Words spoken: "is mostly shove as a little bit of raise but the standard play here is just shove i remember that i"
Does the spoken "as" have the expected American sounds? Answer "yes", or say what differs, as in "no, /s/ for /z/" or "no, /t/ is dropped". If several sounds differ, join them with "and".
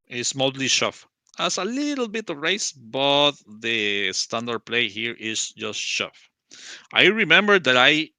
no, /s/ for /z/